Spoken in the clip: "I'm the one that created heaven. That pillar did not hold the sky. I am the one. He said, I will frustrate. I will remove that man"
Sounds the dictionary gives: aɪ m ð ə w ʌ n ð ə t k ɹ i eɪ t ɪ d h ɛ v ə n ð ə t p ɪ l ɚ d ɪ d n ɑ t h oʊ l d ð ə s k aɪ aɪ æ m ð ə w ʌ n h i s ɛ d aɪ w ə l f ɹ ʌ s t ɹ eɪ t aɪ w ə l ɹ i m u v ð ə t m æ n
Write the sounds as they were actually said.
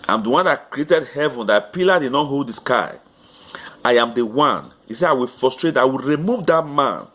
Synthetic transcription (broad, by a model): aɪ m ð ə w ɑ n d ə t k ɹ i eɪ t ɪ d h ɛ v ə n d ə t p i l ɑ d ɪ d n ɑ t h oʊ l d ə s k aɪ aɪ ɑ m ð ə w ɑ n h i s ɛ aɪ w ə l f ɹ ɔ s t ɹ eɪ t aɪ w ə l ɹ i m u v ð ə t m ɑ n